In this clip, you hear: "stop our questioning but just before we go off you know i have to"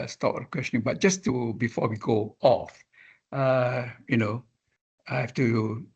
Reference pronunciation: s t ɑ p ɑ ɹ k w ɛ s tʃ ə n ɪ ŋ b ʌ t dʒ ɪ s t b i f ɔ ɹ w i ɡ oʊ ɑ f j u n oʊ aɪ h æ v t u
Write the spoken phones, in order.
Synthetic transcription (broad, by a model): s t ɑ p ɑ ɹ k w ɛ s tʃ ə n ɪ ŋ b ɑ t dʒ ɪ s t b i f ɔ w i ɡ oʊ ɑ f j u n oʊ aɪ h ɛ f t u